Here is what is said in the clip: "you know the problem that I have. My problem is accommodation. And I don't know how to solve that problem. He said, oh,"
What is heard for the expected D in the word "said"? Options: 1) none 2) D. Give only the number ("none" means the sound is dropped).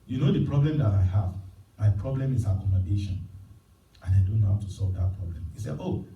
1